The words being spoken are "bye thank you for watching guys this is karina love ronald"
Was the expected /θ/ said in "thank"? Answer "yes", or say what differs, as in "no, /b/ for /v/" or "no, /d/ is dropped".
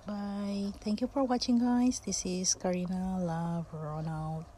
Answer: no, /t/ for /θ/